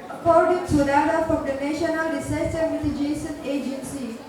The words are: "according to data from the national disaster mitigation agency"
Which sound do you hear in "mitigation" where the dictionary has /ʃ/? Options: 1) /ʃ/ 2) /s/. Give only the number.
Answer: 2